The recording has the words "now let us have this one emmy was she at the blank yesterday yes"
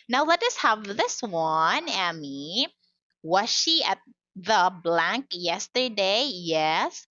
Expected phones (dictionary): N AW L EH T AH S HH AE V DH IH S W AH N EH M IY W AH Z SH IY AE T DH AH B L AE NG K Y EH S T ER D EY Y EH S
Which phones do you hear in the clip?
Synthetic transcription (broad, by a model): N AW L EH T AH S HH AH V DH IH S W AH N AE M IY W AH Z SH IY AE T DH AH B L AE NG K Y EH S T ER D EY Y EH S